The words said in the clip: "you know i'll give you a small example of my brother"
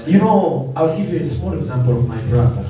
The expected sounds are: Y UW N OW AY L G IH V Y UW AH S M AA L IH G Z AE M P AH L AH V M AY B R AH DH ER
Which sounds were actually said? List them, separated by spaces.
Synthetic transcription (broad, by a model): Y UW N OW AY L G IH V Y UW AH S M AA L IH G Z AE M P AH L AH V M AY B R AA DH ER